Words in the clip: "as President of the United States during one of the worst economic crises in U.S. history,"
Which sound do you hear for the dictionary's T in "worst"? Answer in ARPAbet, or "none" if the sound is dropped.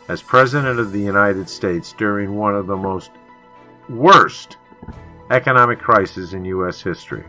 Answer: T